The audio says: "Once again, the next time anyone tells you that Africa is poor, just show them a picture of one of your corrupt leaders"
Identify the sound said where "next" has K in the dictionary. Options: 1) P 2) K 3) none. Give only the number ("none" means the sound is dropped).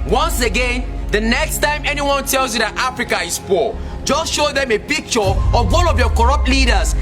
2